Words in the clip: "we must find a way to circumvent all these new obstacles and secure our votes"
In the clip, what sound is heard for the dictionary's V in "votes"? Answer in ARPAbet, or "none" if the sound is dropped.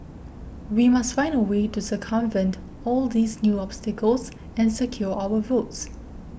V